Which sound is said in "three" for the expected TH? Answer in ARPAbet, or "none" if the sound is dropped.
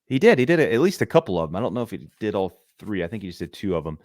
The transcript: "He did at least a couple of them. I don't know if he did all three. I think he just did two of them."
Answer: TH